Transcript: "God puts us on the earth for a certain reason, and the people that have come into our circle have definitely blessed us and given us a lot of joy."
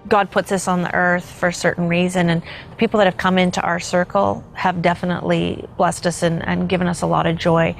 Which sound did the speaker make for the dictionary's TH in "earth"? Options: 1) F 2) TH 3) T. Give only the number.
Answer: 2